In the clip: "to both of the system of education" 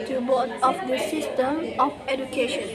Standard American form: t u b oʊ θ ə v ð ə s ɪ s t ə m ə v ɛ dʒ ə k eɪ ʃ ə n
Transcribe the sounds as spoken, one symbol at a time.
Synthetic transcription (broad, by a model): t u b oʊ t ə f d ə s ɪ s t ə m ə f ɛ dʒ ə k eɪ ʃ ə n